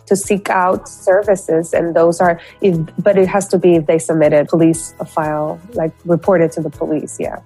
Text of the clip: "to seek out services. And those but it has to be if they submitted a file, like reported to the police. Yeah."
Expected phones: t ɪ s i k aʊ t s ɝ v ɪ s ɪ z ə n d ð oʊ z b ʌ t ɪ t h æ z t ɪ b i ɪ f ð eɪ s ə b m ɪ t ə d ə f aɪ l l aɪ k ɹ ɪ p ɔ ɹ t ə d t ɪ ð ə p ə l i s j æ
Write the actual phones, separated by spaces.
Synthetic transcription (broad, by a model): t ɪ s i k aʊ t s ɝ v ɪ s ɪ z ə n ð oʊ z b ʌ t ɪ t h æ z t ɪ b i ɪ f ð eɪ s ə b m ɪ t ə d ə f aɪ l l aɪ k ɹ ɪ p ɔ ɹ t ə d t ɪ ð ə p ə l i s j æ